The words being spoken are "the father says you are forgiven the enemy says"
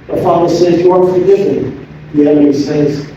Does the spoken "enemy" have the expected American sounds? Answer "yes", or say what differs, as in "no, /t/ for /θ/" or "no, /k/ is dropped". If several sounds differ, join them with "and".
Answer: no, /m/ is dropped